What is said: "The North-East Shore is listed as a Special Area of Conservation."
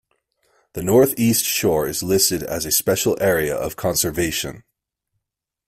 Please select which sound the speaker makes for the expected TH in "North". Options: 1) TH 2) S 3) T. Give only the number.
1